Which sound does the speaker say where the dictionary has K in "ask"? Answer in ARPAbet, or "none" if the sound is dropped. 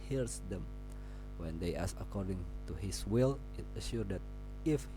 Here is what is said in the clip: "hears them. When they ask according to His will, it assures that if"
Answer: none